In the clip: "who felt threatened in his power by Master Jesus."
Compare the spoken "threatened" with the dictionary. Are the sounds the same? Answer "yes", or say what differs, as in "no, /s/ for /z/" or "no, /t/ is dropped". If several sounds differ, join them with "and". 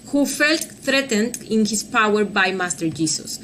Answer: yes